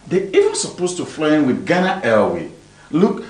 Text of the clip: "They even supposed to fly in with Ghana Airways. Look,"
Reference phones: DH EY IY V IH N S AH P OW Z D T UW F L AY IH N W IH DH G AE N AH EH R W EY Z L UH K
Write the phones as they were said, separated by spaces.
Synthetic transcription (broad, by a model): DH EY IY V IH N S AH P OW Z T UW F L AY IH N W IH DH G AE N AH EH L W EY L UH K